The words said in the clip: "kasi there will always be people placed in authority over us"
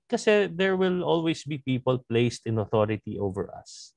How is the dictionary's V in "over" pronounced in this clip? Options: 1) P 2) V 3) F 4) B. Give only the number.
2